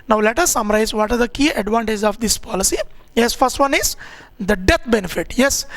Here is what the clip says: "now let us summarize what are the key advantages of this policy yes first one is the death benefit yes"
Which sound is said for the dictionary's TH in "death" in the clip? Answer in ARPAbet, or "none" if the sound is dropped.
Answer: T